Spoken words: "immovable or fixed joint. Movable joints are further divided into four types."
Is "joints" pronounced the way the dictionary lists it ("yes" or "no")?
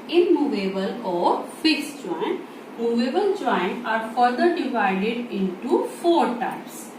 no